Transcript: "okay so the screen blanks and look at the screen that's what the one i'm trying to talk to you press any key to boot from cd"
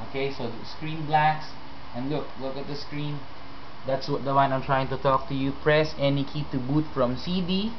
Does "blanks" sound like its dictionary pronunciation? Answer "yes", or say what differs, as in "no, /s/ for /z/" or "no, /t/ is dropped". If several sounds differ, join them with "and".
no, /ŋ/ is dropped